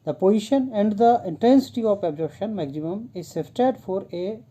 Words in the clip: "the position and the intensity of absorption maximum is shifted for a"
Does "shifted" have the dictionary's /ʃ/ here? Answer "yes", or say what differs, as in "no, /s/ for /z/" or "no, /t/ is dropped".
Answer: no, /s/ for /ʃ/